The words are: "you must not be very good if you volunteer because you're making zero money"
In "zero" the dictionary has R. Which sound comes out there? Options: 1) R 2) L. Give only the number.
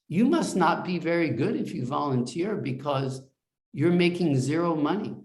1